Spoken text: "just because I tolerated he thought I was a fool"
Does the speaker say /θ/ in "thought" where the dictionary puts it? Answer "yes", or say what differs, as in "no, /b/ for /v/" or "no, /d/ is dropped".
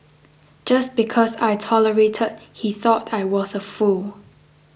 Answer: yes